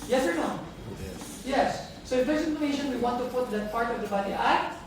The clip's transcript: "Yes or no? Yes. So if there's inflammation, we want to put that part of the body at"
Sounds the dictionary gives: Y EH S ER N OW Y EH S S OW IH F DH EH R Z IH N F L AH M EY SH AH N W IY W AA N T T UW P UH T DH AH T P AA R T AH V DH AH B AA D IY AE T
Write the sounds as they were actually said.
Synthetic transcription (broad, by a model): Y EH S ER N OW Y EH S S OW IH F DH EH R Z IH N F AH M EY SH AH N W IY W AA N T T UW P UH T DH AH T P AA R T AH V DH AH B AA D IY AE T